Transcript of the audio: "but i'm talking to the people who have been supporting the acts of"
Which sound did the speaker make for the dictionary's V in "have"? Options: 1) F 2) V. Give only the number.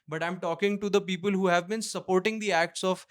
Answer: 2